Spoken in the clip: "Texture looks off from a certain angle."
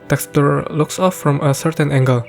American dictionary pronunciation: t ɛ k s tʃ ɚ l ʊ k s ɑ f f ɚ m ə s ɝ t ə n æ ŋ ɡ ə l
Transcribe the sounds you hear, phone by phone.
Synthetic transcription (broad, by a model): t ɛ k s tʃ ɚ l ʊ k s ɑ f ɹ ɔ m ə s ɝ t ə n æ ŋ ɡ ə l